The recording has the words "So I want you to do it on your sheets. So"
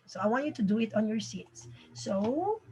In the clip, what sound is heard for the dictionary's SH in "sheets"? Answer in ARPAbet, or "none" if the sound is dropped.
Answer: S